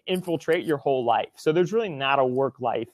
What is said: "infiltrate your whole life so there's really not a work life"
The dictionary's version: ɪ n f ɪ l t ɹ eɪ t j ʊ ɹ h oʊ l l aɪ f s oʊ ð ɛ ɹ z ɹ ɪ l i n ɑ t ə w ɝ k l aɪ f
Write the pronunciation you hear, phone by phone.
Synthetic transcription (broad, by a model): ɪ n f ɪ l t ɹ eɪ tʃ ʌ ɹ h oʊ l l aɪ f s oʊ ð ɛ ɹ z ɹ ɪ l i n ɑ t ə w ɝ k l aɪ f